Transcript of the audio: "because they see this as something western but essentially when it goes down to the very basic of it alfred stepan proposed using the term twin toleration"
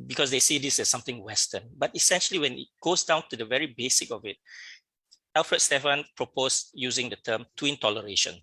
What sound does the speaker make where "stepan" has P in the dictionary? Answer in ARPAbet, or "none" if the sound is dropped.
F